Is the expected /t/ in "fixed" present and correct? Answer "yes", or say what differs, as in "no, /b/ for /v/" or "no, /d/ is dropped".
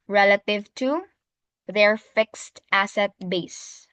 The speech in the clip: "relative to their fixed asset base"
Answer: yes